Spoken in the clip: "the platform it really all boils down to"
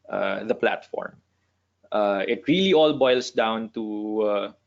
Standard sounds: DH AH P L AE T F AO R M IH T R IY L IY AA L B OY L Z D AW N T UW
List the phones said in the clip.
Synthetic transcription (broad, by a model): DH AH P L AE T F AO R M IH T R IY L IY AA L B OY L S D AW N T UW